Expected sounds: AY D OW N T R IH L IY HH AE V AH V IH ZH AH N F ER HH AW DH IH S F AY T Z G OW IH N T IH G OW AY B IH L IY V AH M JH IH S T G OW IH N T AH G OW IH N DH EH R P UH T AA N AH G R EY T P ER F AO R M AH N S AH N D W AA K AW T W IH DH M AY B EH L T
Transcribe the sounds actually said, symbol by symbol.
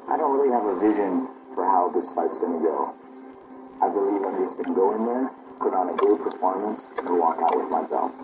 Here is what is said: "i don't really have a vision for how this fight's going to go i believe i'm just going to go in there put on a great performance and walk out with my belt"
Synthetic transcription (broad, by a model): AY D OW N T R IH L IY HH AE V AH V IH ZH AH N F ER HH AW DH IH S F AY T S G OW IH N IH G OW AY B IH L IY V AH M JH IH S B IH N G OW IH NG DH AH R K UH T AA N AH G EY P ER F AO R M AH N S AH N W AA K AW T W IH DH M AY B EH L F